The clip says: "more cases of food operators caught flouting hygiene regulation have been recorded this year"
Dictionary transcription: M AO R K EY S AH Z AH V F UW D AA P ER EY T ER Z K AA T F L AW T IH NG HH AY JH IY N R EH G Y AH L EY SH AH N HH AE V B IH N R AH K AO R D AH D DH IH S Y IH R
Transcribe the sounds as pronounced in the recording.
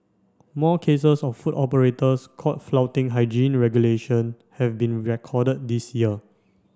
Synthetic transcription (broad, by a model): M AO K EY S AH S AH F F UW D AA P ER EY T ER S K AA T F L AW T IH NG HH AY JH IY N R EH G Y AH L EY SH AH N HH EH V B IH N R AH K AO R D AH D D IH S Y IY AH